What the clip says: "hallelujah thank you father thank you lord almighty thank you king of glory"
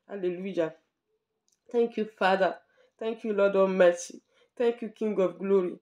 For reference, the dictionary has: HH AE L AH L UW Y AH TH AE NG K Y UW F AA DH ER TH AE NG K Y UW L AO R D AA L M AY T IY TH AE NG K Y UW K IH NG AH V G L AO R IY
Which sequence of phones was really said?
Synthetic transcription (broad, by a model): HH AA L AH L UW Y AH T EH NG K Y UW F AA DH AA T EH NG K Y UW L AO D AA M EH S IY T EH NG K Y UW K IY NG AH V G L AO R IY